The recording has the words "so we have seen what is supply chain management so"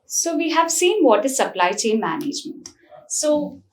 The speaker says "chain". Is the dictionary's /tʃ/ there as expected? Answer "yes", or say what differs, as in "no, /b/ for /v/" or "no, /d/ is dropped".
yes